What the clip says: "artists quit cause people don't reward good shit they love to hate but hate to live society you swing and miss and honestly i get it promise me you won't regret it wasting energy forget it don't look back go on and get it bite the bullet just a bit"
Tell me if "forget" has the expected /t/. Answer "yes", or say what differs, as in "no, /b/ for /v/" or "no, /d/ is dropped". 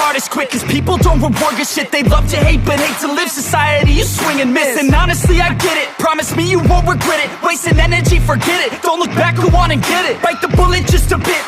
yes